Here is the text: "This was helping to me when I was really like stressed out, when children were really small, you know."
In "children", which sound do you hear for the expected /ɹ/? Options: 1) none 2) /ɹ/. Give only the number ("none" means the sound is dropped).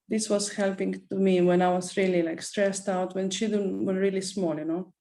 1